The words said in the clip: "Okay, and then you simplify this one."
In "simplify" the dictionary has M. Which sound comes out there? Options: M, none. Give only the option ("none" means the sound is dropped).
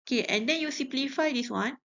none